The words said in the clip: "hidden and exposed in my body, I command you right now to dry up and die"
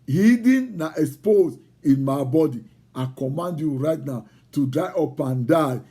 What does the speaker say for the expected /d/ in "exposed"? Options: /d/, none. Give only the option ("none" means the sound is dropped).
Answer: none